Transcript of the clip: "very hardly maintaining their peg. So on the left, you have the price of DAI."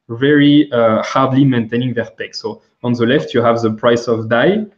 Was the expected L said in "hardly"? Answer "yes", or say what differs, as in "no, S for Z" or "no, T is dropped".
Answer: yes